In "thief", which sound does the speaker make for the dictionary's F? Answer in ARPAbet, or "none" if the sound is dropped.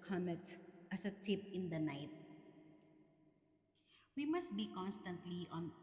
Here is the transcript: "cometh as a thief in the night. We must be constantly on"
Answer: P